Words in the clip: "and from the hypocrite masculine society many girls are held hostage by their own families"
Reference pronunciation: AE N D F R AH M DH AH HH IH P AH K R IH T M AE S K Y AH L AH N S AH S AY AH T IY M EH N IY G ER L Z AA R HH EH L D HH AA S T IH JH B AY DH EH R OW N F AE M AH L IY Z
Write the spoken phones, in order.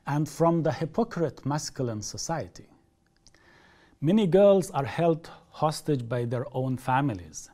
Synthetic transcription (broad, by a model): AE N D F R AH M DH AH HH IH P AH K R IH T M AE S K Y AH L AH N S AH S AY AH T IY M EH N IY G ER L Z AA R HH EH L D HH AA S T IH JH B AY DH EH R OW N F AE M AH L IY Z